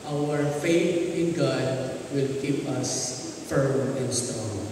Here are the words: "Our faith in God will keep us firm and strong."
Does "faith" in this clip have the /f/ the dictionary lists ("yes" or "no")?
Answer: yes